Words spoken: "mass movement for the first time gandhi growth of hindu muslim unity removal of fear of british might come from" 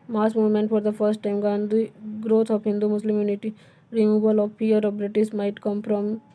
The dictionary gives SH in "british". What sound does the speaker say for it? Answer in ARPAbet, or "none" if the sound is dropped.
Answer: S